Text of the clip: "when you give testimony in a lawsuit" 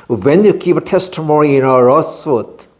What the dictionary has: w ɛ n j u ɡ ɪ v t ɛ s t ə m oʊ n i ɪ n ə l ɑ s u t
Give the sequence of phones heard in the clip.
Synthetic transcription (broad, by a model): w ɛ n j u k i p t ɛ s t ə m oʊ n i ɪ n ə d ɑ s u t